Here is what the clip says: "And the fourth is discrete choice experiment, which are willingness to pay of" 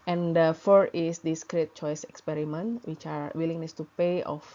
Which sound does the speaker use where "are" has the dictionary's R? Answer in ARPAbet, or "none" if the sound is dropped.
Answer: R